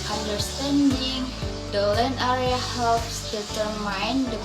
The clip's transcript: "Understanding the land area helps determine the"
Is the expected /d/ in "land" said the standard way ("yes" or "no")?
no